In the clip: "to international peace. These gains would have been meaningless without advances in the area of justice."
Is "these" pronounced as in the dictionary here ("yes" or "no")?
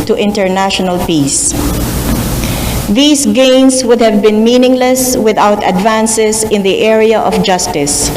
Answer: no